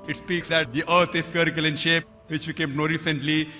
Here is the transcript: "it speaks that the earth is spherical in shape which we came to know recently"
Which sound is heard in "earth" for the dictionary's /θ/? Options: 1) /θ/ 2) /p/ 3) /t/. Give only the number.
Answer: 3